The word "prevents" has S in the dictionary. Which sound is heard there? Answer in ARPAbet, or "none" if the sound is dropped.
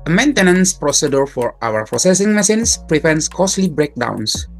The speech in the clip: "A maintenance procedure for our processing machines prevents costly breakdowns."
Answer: S